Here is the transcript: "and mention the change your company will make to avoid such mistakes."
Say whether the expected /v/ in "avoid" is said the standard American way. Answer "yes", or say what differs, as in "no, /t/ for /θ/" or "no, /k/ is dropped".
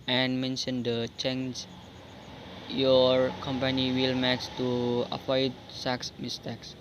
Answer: no, /p/ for /v/